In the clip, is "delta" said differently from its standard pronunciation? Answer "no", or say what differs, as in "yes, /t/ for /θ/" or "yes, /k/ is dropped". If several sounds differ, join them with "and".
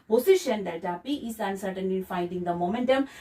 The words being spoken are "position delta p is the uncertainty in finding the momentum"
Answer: yes, /l/ is dropped